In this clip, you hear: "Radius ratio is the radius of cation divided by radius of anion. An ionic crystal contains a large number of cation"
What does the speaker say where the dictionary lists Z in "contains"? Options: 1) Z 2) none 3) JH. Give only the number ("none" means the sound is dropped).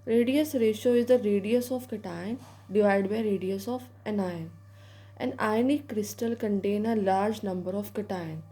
2